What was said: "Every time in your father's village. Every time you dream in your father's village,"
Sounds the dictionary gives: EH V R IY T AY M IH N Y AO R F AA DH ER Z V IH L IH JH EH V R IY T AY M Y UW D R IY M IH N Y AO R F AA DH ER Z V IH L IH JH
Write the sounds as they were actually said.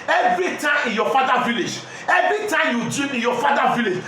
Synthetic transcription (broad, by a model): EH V R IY T AY M IH N Y AO F AA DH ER V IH L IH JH EH V R IY T AY M Y UW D IY IH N Y AO F AA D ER V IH L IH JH